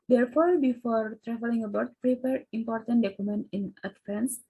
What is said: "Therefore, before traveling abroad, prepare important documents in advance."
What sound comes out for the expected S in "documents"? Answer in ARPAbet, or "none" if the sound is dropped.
none